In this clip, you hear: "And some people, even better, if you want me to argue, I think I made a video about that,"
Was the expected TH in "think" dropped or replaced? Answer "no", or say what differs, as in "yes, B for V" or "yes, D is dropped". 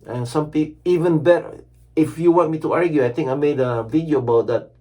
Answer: yes, T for TH